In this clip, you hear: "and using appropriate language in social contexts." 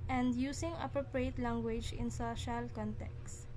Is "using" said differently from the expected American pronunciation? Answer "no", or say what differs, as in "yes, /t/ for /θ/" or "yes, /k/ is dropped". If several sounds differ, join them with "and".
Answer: yes, /s/ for /z/